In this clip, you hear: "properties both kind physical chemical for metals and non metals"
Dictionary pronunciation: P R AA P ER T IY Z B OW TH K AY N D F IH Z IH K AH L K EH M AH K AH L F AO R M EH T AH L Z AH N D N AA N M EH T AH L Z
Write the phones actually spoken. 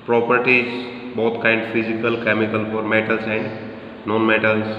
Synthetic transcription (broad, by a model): P R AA P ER T IY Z B OW T K AY N D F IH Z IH K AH L K EH M AH K AH L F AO R M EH T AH L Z AH N D N AA N M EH T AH L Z